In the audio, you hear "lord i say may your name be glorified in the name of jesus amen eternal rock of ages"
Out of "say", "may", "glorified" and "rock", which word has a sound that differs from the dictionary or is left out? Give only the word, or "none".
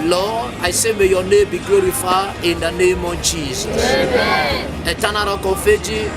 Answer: glorified